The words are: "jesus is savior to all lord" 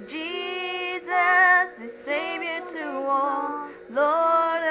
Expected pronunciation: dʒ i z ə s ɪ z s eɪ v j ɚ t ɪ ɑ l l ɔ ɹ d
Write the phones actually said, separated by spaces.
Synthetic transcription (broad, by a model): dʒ i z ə s ɪ z s eɪ v j ɚ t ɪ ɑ n l ɔ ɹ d